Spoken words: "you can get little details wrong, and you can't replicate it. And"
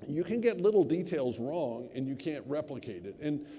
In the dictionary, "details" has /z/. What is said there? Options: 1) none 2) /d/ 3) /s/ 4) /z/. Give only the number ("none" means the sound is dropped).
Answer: 4